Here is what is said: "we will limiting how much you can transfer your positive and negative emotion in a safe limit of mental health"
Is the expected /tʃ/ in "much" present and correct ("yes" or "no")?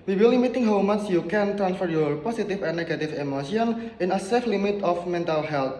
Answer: no